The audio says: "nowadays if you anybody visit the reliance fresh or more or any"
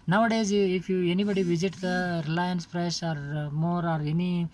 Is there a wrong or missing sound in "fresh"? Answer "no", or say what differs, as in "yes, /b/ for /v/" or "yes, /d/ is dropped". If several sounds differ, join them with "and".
yes, /p/ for /f/